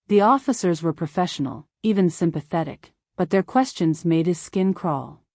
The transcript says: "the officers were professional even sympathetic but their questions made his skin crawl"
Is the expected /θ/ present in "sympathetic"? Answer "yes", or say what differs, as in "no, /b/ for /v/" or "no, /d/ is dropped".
yes